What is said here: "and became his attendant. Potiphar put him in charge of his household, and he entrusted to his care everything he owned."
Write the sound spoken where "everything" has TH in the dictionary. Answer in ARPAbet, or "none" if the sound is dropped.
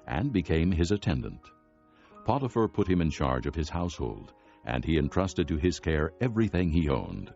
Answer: TH